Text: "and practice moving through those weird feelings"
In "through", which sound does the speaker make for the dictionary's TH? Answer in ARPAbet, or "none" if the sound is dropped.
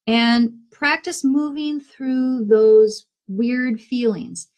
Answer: TH